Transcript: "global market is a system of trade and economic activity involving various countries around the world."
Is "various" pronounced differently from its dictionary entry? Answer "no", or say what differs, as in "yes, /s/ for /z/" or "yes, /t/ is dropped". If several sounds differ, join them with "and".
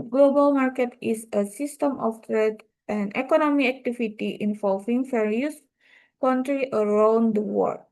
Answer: yes, /f/ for /v/